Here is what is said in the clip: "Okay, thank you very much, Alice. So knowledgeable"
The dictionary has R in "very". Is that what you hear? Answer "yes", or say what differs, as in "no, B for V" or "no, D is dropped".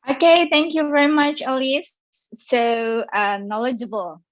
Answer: yes